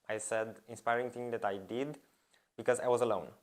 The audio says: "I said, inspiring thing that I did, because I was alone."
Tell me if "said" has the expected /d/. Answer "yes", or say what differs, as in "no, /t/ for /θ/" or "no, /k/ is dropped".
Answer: yes